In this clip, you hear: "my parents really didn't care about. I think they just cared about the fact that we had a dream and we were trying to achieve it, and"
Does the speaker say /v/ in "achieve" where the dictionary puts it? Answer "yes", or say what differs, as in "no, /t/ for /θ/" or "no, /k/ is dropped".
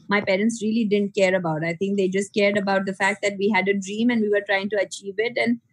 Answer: yes